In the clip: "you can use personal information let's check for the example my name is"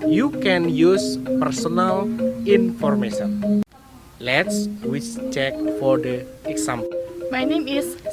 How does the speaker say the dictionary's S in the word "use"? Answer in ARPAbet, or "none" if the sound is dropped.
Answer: S